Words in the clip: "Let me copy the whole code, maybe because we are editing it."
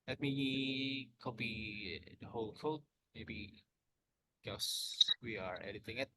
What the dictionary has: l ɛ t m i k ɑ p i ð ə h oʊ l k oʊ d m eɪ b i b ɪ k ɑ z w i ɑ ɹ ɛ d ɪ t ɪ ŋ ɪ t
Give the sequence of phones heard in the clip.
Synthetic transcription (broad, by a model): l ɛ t m i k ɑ b i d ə h oʊ l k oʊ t m eɪ b i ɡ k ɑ s w i ɑ ɹ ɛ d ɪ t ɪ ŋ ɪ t